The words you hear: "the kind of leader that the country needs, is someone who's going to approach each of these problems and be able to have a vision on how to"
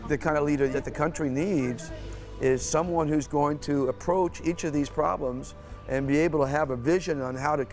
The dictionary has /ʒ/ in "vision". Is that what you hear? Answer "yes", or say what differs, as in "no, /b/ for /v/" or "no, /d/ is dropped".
yes